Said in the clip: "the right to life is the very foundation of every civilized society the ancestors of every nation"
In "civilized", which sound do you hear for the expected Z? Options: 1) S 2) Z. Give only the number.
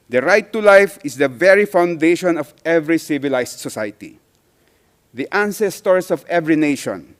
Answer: 1